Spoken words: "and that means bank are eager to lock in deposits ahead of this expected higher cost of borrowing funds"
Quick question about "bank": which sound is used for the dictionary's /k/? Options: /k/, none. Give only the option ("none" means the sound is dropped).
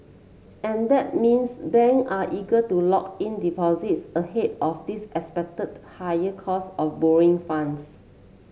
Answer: none